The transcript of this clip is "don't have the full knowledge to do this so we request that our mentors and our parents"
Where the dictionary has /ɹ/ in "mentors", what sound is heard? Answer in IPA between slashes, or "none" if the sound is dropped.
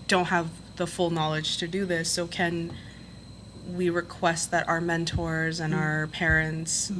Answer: /ɹ/